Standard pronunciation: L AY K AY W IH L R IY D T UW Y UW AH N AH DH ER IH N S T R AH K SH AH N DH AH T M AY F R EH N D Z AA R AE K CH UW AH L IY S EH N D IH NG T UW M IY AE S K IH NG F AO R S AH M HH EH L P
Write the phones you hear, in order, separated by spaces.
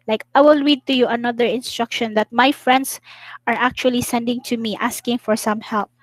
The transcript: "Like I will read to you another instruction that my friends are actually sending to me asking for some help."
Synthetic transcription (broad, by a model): L AY K AY W IH L R IY D T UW Y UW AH N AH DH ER IH N S T R AH K SH AH N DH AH T M AY F R EH N D S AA R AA K CH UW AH L IY S EH N D IH NG T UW M IY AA S K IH NG F AO R S AH M HH EH L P